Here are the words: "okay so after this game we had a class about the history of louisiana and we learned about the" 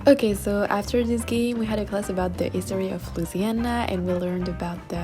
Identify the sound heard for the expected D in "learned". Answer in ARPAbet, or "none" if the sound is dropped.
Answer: D